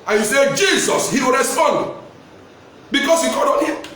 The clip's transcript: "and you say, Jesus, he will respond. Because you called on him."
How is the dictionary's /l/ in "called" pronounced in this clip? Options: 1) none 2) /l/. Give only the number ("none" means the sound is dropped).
1